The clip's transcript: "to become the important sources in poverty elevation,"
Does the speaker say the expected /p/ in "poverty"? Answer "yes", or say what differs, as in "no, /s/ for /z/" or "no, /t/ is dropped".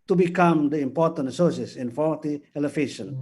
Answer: no, /f/ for /p/